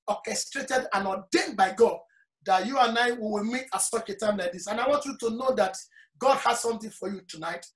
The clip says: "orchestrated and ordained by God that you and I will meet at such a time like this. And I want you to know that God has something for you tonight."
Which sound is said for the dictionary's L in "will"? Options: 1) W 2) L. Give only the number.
1